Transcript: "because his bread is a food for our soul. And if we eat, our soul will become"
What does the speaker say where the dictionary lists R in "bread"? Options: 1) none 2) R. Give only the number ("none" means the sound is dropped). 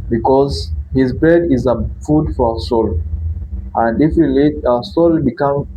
1